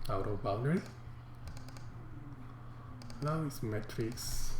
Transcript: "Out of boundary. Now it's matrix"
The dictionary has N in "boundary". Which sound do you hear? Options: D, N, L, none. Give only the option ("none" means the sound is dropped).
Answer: L